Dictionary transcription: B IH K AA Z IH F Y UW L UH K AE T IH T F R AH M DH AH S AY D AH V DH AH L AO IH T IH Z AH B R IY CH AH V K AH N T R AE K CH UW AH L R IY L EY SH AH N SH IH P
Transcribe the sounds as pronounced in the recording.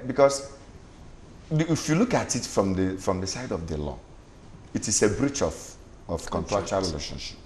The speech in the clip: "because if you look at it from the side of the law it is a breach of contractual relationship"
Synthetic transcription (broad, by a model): B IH K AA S IH F Y UW L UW K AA T IH T F R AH M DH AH S AY D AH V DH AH L AO IH T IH S AH B R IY CH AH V K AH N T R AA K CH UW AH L R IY L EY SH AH N SH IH P